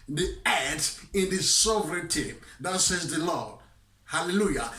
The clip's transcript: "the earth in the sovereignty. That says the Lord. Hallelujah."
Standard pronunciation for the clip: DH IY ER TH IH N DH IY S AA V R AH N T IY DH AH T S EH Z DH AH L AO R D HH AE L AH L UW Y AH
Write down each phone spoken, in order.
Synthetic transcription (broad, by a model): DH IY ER T IH N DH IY S AA V R AH N T IY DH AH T S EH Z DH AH L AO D HH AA L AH L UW Y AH